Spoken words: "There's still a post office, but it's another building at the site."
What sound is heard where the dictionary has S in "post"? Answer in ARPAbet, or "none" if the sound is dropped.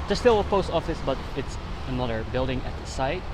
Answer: S